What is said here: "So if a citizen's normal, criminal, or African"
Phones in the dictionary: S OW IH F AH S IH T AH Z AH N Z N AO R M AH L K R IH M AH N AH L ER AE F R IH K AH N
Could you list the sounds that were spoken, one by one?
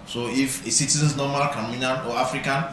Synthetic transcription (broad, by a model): S OW IH F AH S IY T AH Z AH N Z N AO M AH L K AA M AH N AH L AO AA F R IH K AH N